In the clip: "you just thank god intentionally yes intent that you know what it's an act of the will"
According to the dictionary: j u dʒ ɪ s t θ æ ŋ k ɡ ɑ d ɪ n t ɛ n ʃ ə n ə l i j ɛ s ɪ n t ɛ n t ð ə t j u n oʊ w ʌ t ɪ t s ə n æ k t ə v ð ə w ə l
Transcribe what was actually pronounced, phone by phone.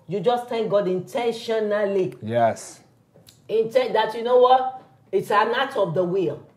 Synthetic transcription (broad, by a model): j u dʒ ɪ s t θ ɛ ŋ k ɡ ɑ d ɪ n t ɛ n ʃ ə n ə l i j ɛ s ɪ n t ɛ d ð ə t j u n oʊ w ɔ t ɪ t s ə n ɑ t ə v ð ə w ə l